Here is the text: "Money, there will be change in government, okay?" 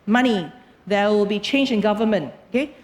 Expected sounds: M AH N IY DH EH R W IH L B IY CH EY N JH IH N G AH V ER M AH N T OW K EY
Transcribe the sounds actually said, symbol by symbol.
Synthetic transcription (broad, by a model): M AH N IY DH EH W IH L B IY CH EY N JH IH N G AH V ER M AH N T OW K EY